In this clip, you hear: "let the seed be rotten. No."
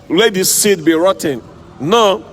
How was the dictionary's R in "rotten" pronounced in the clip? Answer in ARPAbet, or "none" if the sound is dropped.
R